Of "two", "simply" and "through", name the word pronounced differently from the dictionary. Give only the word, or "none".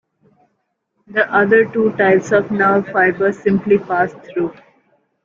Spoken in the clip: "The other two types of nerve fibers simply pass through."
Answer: through